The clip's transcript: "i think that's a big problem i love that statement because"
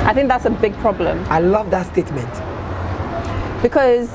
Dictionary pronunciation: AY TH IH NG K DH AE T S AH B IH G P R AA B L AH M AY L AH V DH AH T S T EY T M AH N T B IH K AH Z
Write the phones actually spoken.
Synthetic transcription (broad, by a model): AY TH IH NG K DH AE T S AH B IH G P R AA B L AH M AY L AH V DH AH T S T EY T M AH N T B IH K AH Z